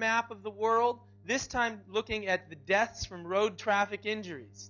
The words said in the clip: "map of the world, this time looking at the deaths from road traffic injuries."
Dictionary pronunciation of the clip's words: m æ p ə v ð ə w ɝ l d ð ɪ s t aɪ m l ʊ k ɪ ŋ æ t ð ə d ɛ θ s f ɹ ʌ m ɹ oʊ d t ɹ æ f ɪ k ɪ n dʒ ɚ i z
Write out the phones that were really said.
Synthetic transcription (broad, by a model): m æ p ə v ð ə w ɝ l d ð ɪ s t aɪ m l ʊ k ɪ ŋ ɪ t ð ə d ɛ θ s f ɹ ʌ m ɹ oʊ d t ɹ æ f ɪ k ɪ n dʒ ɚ i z